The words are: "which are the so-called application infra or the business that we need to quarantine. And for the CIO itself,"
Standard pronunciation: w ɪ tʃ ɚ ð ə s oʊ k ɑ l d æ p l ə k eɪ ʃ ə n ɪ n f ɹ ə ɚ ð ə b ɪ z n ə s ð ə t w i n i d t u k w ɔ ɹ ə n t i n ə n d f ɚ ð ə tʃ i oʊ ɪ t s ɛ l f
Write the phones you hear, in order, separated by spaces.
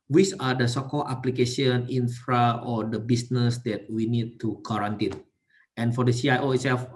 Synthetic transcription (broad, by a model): w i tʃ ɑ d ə s oʊ k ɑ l ɑ p l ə k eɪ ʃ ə n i n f ɹ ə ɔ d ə b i s n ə s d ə t w i n i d t u k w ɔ ɹ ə n t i n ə n f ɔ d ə s i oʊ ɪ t s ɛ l f